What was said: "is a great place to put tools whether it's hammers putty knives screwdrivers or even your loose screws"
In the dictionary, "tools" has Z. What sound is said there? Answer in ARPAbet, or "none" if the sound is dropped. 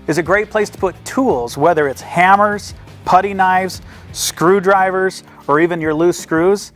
Z